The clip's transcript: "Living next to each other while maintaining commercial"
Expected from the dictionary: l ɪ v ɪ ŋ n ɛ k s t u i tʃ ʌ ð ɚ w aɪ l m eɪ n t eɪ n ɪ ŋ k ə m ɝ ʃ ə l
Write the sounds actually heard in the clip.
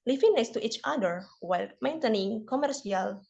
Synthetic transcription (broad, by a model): l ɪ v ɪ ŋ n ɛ s t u i tʃ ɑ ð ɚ w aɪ l m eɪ n t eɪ n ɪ ŋ k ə m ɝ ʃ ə l